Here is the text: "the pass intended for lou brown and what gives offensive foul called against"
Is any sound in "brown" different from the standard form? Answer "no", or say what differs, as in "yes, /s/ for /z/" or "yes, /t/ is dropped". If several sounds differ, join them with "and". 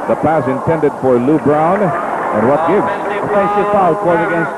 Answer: no